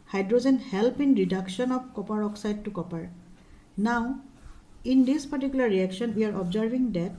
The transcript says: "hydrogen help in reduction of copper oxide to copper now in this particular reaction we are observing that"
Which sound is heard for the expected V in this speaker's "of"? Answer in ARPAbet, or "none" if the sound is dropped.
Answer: B